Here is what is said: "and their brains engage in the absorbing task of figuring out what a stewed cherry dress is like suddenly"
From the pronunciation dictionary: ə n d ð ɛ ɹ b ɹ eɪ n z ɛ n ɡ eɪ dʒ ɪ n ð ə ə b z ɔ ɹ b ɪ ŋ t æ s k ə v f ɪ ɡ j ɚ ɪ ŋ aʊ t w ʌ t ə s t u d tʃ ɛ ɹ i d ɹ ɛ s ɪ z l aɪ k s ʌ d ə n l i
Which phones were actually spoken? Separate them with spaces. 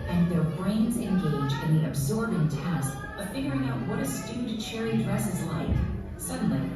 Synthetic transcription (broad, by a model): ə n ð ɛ ɹ b ɹ eɪ n z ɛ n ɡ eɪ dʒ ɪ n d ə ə b z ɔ ɹ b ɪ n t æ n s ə f ɪ ɡ j ɚ ɪ ŋ aʊ t w ʌ t ə s t u d tʃ ɛ ɹ i d ɹ ɛ s ɪ z l aɪ k s ʌ d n l i